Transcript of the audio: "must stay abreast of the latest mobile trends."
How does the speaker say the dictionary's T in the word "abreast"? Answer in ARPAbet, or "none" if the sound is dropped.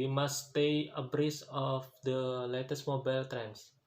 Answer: none